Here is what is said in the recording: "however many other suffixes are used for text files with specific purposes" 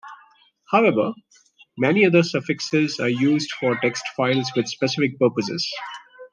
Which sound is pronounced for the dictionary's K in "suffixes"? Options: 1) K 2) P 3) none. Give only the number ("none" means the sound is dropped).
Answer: 1